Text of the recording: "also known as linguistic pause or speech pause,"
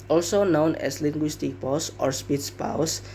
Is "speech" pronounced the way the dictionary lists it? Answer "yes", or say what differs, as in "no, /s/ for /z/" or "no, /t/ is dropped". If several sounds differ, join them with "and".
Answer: no, /s/ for /tʃ/